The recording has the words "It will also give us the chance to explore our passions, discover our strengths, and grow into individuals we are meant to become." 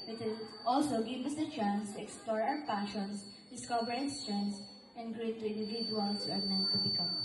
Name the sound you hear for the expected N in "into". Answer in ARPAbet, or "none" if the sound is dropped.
none